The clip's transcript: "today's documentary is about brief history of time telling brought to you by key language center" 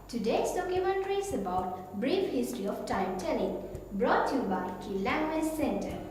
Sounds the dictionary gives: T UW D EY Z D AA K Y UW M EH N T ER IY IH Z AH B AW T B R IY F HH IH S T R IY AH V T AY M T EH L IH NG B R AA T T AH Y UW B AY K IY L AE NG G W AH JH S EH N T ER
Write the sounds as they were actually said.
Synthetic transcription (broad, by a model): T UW D EY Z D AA K Y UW M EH N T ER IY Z AH B AW T B R IY F HH IH S T R IY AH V T AY M T EH L IH NG B R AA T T Y UW B AY K IY L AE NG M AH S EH N T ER